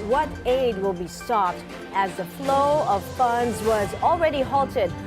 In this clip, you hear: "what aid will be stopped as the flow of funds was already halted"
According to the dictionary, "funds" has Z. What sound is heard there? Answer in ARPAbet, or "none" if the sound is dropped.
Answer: Z